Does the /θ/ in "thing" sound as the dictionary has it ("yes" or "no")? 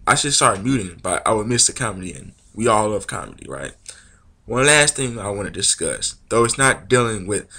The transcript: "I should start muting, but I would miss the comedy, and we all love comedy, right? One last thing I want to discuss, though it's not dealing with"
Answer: yes